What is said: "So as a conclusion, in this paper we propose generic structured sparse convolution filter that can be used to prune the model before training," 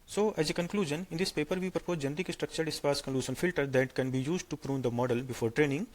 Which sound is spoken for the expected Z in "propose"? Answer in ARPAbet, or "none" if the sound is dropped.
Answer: none